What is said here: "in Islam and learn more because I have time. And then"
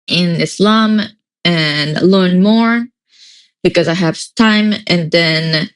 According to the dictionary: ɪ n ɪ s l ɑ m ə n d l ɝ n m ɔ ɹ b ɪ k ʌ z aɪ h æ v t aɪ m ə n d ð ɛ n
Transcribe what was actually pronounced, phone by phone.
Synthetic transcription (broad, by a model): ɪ n ɪ s l ɑ m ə n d l ɝ n m ɔ ɹ b ɪ k ʌ z aɪ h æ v t aɪ m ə n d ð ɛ n